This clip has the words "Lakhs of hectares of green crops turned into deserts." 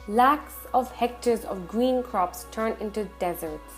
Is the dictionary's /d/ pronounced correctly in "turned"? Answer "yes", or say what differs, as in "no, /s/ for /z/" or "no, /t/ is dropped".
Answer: no, /d/ is dropped